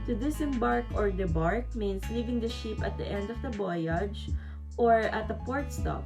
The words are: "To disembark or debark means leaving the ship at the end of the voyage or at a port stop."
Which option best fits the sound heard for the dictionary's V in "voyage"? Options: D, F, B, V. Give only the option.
B